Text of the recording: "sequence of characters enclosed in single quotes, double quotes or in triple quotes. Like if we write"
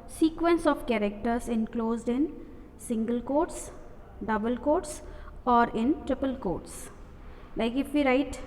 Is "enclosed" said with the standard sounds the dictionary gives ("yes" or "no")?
yes